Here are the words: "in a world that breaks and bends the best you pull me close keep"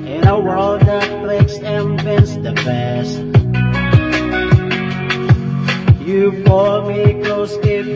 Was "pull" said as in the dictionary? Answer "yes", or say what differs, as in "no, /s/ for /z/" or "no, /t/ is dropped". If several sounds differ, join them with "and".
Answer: no, /f/ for /p/